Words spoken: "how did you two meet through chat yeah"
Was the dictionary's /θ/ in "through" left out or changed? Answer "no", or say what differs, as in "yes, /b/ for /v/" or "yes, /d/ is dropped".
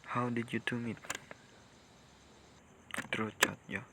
yes, /t/ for /θ/